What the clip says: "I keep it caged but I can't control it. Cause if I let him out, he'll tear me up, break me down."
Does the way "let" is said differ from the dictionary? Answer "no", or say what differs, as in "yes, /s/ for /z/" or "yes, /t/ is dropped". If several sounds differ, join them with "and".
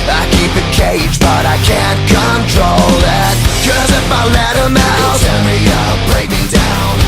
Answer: no